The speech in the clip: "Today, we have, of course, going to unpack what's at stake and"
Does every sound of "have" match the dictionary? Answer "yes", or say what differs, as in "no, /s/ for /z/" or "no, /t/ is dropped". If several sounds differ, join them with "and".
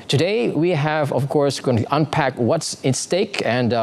yes